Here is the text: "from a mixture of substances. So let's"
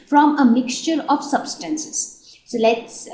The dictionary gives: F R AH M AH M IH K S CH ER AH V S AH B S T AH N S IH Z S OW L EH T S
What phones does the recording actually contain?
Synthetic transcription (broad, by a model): F R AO M AH M IH K S CH ER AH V S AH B S T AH N S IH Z S OW L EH T S